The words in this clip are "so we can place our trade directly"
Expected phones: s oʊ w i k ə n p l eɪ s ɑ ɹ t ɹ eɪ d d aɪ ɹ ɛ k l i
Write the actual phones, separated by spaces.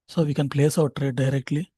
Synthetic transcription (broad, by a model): s oʊ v i k ə n p l eɪ s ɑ w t ɹ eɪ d d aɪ ɹ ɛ k l i